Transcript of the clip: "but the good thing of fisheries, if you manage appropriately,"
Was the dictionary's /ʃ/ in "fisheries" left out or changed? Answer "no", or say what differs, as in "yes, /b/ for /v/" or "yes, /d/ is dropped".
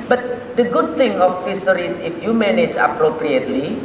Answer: yes, /s/ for /ʃ/